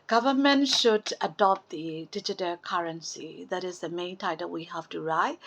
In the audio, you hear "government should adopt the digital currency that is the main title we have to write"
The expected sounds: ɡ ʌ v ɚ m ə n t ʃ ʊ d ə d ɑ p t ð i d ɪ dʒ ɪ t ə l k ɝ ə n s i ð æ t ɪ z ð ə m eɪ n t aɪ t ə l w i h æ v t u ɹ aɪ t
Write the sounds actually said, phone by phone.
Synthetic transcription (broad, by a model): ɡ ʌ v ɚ m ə n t ʃ ʊ d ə d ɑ p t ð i d ɪ dʒ ɪ t ə l k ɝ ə n s i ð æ t ɪ z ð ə m eɪ n t aɪ t ə l w i h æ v t u ɹ aɪ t